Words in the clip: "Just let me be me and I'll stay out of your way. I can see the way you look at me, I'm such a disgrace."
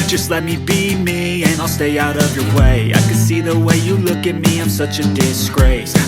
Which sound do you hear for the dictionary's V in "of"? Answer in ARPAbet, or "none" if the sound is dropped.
V